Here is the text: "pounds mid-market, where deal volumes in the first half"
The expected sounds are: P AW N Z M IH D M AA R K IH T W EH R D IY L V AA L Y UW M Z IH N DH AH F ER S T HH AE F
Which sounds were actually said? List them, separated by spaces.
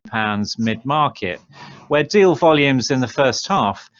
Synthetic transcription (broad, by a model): P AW N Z M IH D M AA K IH T W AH D IY L V AA L Y UW M Z IH N DH AH F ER S T HH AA F